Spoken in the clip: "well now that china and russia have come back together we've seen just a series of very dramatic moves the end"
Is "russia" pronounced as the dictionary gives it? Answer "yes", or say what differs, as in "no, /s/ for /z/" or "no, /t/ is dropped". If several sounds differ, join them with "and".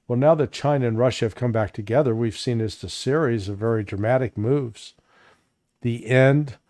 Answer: yes